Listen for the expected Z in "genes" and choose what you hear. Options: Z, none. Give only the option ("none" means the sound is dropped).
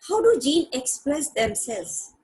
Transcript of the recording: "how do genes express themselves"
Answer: none